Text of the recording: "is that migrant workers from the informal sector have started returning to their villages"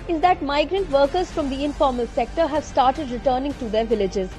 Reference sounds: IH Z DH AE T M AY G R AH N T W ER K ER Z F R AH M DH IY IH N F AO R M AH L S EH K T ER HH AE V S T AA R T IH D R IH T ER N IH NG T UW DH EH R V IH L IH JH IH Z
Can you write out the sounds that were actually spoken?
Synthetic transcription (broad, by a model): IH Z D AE T M AY G R AH N T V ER K ER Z F R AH M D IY IH N F AO R M AH L S EH K T ER HH AE V S T AA R T IH D R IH T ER N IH NG T UW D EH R V IH L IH JH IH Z